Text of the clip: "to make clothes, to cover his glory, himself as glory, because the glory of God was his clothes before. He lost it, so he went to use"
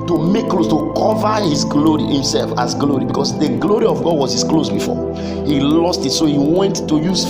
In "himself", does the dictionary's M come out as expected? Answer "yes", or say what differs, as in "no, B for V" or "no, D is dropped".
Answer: yes